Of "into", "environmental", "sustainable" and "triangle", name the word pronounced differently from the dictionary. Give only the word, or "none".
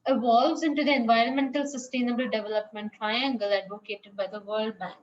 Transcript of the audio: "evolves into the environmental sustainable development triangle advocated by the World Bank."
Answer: none